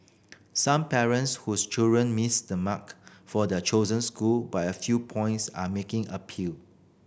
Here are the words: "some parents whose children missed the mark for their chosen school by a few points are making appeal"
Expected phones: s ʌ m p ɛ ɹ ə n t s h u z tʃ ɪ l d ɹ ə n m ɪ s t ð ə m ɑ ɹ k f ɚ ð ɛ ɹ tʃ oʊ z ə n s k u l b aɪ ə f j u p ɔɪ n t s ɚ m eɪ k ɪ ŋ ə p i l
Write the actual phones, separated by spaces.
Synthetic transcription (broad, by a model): s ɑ m p ɛ ɹ ə n t s h u s tʃ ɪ l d ɹ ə n m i s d ə m ɑ k f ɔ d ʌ tʃ oʊ z ə n s k u l b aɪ ə f j u p ɔɪ n t s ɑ m eɪ k ɪ ŋ ə p i l